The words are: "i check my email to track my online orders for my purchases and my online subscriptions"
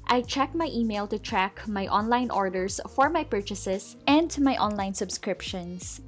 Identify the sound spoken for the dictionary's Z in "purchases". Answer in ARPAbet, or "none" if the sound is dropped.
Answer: S